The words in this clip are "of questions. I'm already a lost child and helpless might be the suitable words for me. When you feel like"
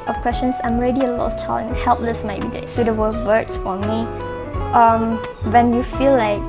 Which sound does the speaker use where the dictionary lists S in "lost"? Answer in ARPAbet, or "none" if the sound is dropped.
none